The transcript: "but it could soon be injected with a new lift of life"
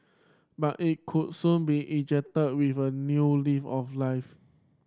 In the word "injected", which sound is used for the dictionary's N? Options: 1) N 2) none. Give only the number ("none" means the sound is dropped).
2